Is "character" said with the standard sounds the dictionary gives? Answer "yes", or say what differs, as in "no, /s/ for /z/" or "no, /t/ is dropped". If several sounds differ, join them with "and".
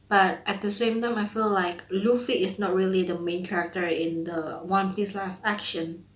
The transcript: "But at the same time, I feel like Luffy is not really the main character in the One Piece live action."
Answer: yes